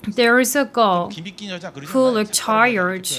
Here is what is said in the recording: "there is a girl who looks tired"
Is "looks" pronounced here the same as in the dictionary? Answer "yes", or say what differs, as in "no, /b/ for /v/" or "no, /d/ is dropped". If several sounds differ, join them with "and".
no, /s/ is dropped